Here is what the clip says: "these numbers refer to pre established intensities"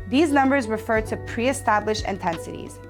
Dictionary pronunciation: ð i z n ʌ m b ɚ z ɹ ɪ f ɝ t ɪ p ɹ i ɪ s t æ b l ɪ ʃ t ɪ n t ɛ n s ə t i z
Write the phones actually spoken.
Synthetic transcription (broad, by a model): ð i z n ʌ m b ɚ z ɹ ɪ f ɝ t ɪ p ɹ i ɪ s t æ b l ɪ ʃ ɪ n t ɛ n s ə t i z